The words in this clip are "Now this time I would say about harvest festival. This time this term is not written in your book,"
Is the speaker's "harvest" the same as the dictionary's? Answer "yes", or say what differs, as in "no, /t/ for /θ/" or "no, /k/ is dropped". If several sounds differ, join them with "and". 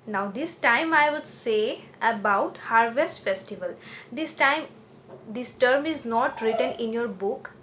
yes